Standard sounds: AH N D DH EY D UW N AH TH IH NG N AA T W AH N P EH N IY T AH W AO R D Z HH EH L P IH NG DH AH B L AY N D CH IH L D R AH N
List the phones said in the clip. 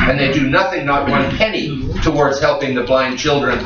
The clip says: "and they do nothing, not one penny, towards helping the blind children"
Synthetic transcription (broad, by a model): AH N DH EY D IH N AH TH IH NG N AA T W AH N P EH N IY T AH W AO R D Z HH EH L P IH NG DH AH B L AY N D CH IH L D R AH N